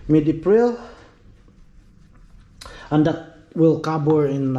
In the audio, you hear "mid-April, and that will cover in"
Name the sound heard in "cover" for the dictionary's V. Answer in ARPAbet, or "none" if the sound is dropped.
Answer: B